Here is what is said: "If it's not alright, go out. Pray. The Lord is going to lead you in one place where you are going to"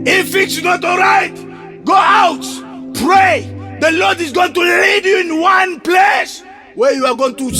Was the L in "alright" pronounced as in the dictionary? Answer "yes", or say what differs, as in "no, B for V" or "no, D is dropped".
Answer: yes